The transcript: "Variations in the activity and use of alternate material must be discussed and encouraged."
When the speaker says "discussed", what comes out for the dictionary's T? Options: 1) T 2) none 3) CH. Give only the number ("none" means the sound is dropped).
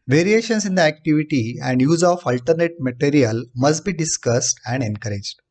1